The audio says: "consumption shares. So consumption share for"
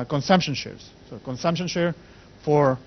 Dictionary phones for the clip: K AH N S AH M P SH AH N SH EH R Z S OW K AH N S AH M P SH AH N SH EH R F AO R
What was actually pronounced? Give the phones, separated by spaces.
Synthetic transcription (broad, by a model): K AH N S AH M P SH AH N SH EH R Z S OW K AH N S AH M P SH AH N SH EH R F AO R